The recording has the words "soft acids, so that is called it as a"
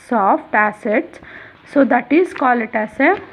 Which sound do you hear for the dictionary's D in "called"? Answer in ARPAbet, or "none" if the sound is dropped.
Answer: none